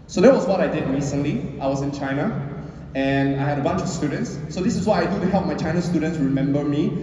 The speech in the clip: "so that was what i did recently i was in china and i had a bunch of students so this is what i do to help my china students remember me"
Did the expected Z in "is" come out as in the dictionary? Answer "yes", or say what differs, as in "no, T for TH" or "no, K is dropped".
no, S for Z